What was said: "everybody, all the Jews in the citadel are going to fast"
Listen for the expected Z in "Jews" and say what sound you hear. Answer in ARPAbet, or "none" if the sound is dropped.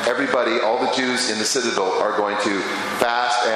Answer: Z